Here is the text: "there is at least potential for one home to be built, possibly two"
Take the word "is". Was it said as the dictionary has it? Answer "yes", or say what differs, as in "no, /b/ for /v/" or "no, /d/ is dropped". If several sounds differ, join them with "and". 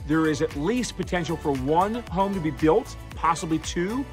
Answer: yes